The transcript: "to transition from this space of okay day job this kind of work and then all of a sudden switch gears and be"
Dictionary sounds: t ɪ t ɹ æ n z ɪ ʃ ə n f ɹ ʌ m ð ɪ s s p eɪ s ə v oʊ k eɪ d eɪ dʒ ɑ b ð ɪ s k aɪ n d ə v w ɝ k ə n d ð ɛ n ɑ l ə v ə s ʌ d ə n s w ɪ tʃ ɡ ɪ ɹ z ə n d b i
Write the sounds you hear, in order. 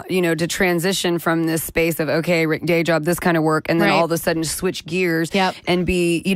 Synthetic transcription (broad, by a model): t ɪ t ɹ æ n z ɪ ʃ ə n f ɹ ʌ m ð ɪ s s p eɪ s ə v oʊ k eɪ d eɪ dʒ ɑ b ð ɪ s k aɪ n d ə v w ɝ k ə n ð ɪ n ɑ l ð ə s ʌ d n s w ɪ tʃ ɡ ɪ ɹ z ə n b i